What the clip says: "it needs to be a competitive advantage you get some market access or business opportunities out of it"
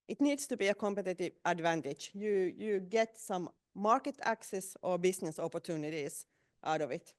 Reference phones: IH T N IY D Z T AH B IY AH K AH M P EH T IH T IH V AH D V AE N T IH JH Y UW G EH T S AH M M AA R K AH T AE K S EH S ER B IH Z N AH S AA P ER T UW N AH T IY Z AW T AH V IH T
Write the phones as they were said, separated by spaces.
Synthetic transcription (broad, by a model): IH T N IY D S T AH B IY AH K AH M P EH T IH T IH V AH D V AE N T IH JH Y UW G EH T S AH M M AA R K AH T AE K S EH S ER B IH S N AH S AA P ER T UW N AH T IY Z AW T AH V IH T